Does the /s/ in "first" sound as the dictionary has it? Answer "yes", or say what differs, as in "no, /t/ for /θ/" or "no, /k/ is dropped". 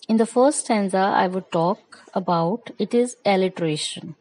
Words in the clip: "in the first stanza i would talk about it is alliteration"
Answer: no, /s/ is dropped